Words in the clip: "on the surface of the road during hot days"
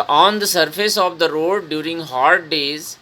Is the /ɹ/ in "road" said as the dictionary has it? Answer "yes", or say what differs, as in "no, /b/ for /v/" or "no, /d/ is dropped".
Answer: yes